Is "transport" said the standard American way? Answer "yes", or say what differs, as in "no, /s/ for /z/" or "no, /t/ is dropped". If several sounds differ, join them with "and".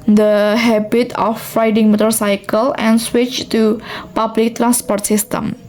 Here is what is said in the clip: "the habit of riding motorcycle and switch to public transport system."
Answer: yes